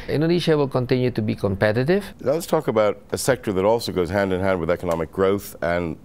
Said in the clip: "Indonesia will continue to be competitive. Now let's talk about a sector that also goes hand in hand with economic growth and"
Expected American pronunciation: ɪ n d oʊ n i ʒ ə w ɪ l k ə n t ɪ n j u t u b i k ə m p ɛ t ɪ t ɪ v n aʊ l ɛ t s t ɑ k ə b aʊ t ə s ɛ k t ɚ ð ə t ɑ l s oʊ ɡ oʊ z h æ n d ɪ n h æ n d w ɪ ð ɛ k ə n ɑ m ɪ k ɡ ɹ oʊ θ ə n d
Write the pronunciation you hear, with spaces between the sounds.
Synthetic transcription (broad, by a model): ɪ n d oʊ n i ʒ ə w ɪ l k ə n t ɪ n j u t u b i k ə m p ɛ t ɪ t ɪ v n aʊ l ɛ t s t ɑ k ə b aʊ t ə s ɛ k t ɚ ð ə t ɑ l s oʊ ɡ oʊ z h æ n d ɪ n h æ n d w ɪ ð ɛ k ə n ɑ m ɪ k ɡ ɹ oʊ θ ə n